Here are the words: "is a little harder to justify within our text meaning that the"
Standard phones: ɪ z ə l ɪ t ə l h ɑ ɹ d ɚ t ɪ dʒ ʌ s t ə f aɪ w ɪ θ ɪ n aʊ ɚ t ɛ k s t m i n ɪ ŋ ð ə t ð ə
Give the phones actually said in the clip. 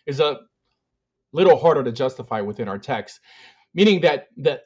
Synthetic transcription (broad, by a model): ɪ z ə l ɪ t l h ɑ ɹ d ɚ t ɪ dʒ ʌ s t ə f aɪ w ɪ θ ɪ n aʊ ɚ t ɛ k s t m i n ɪ ŋ ð ə t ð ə